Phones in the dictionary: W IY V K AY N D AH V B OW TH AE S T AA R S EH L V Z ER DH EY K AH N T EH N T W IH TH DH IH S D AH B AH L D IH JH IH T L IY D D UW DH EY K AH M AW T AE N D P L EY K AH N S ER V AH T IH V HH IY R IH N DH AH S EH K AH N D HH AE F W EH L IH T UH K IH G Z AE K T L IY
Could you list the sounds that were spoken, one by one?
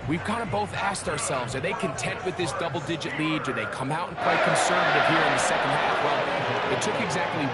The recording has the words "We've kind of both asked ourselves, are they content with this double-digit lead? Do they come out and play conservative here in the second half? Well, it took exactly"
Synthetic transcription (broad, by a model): W IY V K AY N D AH B OW TH AE S T AA R S EH L V Z ER DH EY K AH N T EH N T W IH DH IH S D AH B L D IH JH IH T L IY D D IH DH EY K AH M AW T N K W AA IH K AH N S ER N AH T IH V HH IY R IH N DH AH S EH K AH N D HH AE F W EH L IH T UH K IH G Z AE K T L IY